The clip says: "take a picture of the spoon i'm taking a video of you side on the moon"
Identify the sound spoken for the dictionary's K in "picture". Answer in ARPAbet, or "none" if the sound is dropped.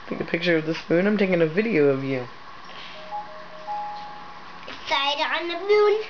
K